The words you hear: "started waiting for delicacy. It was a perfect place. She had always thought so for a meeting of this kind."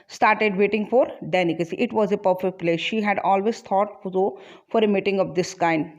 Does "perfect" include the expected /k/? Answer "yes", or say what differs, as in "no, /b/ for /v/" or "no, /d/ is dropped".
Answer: yes